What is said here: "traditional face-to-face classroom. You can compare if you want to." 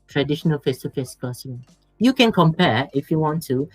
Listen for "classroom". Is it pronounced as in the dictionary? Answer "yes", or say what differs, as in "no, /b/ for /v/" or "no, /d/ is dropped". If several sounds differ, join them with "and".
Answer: no, /ɹ/ is dropped